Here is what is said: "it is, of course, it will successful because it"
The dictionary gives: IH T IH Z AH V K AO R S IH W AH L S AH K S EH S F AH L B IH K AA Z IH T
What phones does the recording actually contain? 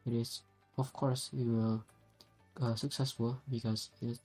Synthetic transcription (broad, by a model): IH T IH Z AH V K AO R S IH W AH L S AH K S EH S F AH L B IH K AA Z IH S